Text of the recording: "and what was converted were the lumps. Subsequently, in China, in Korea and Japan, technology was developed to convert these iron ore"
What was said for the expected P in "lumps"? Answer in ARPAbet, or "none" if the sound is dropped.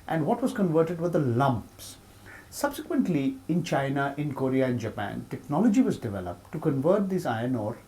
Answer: P